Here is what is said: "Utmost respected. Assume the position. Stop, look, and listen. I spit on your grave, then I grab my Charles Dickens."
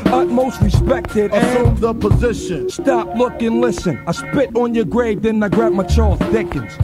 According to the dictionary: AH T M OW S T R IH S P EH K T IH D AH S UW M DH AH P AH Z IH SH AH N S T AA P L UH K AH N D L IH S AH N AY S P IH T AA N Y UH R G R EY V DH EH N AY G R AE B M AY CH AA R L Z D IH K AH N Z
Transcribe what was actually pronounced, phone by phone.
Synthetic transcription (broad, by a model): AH T M OW S T R IH S P EH K T IH D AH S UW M DH AH P AH Z IH SH AH N S T AA P L UH K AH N L IH S AH N AY S P IH T N Y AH R G R EY V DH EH N AY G R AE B M AY CH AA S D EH K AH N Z